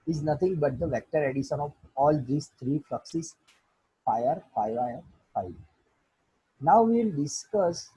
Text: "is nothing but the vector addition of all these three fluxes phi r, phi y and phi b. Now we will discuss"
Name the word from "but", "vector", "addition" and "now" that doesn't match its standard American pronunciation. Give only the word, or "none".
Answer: none